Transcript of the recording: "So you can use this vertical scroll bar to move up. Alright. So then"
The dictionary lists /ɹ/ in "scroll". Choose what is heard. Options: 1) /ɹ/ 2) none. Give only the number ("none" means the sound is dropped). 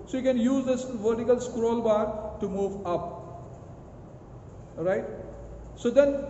1